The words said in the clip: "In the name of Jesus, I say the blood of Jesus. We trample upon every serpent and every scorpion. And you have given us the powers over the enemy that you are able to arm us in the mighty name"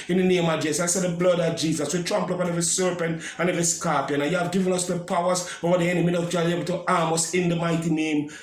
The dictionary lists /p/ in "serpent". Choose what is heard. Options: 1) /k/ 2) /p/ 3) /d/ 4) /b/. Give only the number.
2